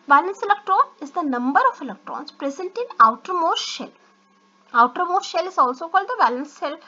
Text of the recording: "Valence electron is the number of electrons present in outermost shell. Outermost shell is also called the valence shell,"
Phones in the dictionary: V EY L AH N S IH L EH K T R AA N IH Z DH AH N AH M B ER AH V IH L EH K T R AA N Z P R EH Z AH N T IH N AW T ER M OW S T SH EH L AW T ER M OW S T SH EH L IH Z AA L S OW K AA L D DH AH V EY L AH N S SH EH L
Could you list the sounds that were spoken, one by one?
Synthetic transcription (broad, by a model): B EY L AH N S IH L EH K T R AA N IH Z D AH N AH M B ER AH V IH L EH K T R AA N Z P R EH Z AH N T IH N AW T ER M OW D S SH EH L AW T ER M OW T SH EH L IH Z AA L S OW K AA L D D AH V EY L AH N S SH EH L